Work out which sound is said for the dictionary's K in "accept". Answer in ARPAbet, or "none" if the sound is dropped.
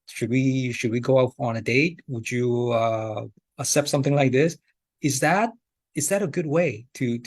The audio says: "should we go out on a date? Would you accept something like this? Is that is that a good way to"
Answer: none